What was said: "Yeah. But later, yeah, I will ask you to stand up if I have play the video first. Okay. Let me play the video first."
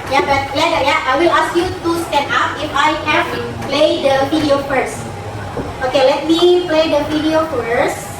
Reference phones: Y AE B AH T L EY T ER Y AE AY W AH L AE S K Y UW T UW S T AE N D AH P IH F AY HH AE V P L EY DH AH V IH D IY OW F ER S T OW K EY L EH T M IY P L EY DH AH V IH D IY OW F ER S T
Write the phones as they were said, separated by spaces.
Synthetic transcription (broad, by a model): Y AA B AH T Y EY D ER Y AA AY W AH L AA S K Y UW T UW S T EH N AA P IH F AY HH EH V P L EY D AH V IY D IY OW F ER S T OW K EY L EH T M IY P L EY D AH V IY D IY OW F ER S